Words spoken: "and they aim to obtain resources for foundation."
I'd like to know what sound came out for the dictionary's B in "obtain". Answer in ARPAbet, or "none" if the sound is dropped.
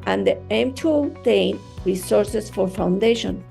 none